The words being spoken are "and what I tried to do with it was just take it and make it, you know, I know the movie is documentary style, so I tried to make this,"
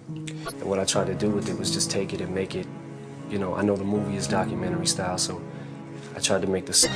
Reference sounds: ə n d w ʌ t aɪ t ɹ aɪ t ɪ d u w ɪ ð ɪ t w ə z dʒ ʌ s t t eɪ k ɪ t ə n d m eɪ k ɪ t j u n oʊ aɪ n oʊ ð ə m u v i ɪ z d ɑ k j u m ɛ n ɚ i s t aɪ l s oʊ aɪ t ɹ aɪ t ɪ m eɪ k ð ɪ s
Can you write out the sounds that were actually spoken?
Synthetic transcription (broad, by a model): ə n w ʌ t aɪ t ɹ aɪ t ɪ d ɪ w ɪ ð ɪ t w ə z dʒ ʌ s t t eɪ k ɪ t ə n m eɪ k ɪ t j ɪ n oʊ aɪ n oʊ ð ə m u v i ɪ z d ɑ k j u m ɛ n ɚ i s t aɪ l s oʊ aɪ t ɹ aɪ t ɪ m eɪ k ð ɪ s